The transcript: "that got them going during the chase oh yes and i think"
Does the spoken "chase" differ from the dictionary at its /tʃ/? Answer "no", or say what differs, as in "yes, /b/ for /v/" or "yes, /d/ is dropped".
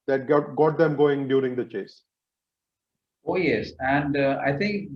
no